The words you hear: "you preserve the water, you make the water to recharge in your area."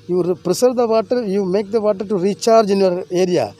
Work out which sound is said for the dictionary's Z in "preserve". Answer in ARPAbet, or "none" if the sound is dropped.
S